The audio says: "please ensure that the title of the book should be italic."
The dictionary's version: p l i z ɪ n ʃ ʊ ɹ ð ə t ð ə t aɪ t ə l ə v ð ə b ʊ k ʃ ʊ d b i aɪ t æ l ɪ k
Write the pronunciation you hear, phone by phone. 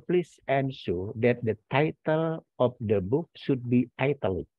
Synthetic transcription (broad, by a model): p l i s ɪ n s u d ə t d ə t aɪ t ə l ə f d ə b ʊ k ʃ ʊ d b i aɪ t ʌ l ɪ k